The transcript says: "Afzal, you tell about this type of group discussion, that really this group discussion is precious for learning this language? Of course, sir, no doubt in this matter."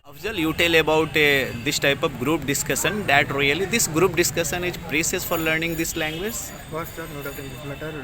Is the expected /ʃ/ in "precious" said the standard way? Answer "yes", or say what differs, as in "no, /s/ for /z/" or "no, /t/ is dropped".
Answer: no, /s/ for /ʃ/